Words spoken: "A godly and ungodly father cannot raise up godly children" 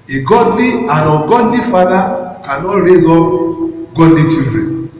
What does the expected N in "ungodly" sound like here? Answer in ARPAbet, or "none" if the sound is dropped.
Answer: none